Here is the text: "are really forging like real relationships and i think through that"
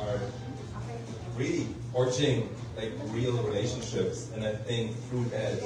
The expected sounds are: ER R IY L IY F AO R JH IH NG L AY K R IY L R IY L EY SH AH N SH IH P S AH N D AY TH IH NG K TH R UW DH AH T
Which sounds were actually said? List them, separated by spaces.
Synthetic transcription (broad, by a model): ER R IY L IY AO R CH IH NG L AY K R IY L R IY L EY SH AH N SH IH P S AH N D AY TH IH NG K TH R UW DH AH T